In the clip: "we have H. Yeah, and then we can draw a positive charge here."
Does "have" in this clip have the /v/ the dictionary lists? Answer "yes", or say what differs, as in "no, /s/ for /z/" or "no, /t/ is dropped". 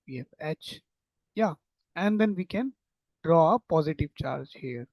no, /f/ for /v/